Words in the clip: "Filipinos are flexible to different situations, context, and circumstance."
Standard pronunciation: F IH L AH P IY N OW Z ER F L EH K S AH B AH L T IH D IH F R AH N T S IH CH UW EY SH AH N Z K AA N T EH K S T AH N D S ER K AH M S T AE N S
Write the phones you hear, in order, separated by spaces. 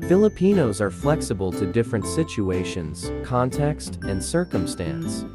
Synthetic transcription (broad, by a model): F IH L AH P IY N OW Z ER F L EH K S AH B AH L T IH D IH F R AH N T S IH CH UW EY SH AH N Z K AA N T EH K S T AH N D S ER K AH M S T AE N S